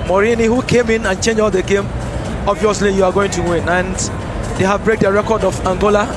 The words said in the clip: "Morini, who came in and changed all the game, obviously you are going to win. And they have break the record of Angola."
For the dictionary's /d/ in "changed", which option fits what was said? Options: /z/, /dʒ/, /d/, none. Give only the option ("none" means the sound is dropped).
none